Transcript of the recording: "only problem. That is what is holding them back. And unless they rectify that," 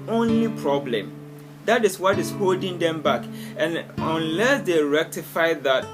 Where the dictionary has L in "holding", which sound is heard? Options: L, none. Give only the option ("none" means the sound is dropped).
L